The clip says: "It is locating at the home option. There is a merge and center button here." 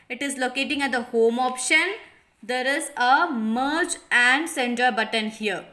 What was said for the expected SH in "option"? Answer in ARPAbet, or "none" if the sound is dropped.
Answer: SH